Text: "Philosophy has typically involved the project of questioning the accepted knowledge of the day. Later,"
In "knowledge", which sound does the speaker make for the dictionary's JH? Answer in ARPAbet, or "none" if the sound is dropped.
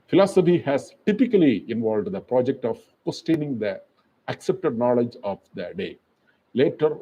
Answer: JH